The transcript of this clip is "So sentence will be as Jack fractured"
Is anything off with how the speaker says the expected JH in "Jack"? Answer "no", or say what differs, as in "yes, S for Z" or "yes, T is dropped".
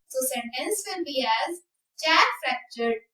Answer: yes, CH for JH